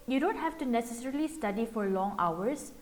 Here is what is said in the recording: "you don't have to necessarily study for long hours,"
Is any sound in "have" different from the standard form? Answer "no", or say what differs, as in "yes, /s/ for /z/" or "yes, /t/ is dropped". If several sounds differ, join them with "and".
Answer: yes, /f/ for /v/